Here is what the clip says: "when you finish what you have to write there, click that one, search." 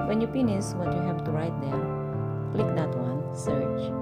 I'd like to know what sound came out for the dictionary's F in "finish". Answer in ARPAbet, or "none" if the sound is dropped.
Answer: P